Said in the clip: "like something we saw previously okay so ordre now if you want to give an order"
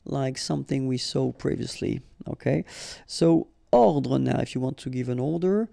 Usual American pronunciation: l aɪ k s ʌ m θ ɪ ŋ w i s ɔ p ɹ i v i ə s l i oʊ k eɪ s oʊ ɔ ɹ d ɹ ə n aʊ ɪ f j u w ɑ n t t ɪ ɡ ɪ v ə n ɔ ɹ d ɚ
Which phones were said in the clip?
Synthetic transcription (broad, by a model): l aɪ k s ʌ m θ ɪ ŋ w i s ɔ p ɹ i v i ə s l i oʊ k eɪ s oʊ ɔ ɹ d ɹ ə n aʊ ɪ f j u w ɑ n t t ɪ ɡ ɪ v ə n ɔ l d ɚ